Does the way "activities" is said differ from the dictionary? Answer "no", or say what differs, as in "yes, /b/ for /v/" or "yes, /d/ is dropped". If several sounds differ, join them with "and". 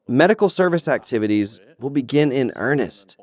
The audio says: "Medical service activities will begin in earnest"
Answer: no